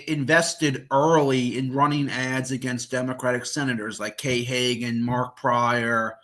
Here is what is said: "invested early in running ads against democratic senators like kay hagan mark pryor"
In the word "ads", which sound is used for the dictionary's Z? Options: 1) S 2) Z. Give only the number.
2